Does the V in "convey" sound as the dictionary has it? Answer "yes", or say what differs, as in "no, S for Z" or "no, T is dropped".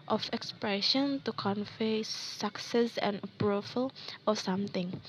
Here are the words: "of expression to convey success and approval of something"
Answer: no, F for V